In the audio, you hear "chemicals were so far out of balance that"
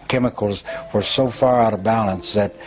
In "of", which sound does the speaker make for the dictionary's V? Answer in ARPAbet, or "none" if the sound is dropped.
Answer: V